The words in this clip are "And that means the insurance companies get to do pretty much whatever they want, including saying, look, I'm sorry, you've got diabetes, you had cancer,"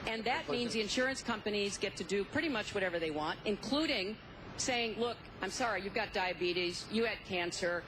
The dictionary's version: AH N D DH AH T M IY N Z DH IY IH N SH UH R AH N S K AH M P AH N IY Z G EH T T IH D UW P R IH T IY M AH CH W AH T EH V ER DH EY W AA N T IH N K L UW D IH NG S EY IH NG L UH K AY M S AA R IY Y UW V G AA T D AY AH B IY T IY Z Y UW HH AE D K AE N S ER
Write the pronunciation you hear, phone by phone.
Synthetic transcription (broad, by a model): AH N DH AH T M IY N Z DH IY IH N SH UH R AH N S K AH M P AH N IY Z G EH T T IH D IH P R IH T IY M AH CH W AH T EH V ER DH EY W AA N T IH N K L UW D IH NG S EY IH NG L UH K AY M S AA R IY Y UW V G AA T D AY AH B IY T IY Z Y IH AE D K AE N S ER